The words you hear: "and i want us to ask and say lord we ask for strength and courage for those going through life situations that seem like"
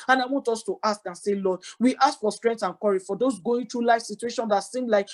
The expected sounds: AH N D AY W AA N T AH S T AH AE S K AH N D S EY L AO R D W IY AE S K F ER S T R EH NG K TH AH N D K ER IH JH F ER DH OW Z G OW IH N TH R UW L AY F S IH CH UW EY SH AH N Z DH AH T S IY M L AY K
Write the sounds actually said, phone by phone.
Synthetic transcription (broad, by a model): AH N AY W AA N T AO S T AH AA S K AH N S EY L AO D W IY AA S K F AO S T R EH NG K T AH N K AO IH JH F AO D OW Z G OW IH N T R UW L AY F S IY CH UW EY SH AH N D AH T S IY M L AY K